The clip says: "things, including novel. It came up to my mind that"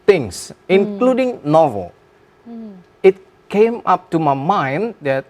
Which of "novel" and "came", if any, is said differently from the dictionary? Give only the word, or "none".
none